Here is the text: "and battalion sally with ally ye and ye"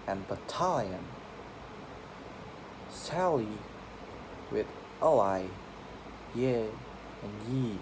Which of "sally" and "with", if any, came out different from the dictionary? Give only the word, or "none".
none